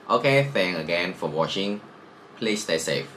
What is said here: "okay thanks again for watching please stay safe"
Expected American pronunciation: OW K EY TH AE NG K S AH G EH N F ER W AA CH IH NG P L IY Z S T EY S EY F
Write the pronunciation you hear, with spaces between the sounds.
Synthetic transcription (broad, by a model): OW K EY F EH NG AH G EH N F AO W AA CH IH NG P L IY S T EY S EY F